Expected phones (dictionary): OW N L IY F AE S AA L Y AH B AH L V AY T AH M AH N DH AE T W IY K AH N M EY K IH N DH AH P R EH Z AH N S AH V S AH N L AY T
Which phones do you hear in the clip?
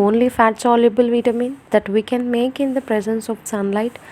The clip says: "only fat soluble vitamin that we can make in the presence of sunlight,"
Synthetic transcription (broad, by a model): OW N L IY F AE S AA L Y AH B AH L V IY T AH M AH N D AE T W IY K AH N M EY K IH N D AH P R EH Z AH N S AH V S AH N L AY T